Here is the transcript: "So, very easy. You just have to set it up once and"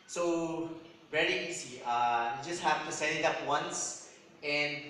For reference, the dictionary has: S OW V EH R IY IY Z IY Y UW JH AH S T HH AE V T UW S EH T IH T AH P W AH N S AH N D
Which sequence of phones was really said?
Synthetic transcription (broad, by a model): S OW V EH R IY IY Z IY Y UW JH AH S T HH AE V T UW S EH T IH T AH P W AH N S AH N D